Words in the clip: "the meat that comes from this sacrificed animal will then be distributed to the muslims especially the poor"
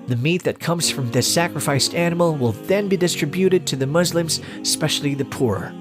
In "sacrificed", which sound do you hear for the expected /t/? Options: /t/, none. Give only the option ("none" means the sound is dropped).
/t/